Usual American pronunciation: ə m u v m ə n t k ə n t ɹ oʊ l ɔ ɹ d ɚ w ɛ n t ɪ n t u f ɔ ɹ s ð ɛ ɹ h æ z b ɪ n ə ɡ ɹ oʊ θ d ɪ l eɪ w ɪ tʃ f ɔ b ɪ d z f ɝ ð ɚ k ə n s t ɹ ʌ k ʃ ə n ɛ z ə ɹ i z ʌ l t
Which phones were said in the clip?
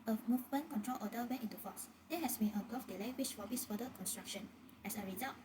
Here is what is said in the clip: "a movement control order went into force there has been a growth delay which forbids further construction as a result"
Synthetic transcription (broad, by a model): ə m u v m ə n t k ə n t ɹ oʊ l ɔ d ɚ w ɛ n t ɪ n t u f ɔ s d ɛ h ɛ s b ɪ n ə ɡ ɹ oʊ f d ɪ l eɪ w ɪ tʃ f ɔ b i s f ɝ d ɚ k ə n s t ɹ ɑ k ʃ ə n ɛ s ə ɹ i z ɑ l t